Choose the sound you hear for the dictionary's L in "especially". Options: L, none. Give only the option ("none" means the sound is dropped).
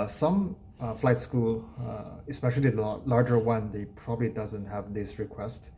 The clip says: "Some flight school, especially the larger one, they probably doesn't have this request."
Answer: none